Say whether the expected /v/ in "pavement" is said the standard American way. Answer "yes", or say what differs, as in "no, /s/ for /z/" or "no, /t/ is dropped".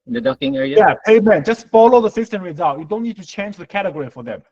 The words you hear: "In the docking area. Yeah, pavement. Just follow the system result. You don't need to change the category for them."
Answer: no, /v/ is dropped